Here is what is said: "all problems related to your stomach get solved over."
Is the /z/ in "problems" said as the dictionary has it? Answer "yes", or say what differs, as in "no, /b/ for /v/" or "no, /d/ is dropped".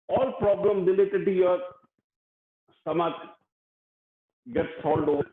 no, /z/ is dropped